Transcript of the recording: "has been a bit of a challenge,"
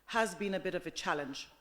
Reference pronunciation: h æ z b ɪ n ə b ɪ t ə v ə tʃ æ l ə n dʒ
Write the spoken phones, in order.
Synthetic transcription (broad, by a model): h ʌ z b ɪ n ə b ɪ t ə v ə tʃ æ l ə n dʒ